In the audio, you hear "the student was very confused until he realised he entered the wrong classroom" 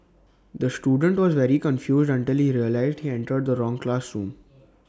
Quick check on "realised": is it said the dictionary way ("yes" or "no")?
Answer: yes